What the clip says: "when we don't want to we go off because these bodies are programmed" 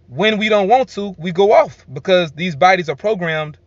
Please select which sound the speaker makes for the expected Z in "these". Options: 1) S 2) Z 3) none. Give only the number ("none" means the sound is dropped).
2